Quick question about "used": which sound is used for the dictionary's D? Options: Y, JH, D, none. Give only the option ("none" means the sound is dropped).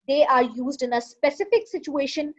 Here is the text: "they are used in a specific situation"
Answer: D